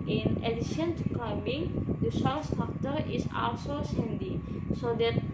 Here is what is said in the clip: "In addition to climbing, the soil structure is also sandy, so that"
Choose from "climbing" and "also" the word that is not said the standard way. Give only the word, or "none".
climbing